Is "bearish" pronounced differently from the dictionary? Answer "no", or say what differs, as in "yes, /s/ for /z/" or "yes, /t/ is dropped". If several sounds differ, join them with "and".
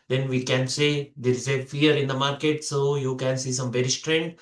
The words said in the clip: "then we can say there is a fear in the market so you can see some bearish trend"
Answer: yes, /s/ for /ʃ/